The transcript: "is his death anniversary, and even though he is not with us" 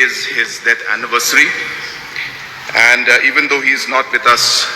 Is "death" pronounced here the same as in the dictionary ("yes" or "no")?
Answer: no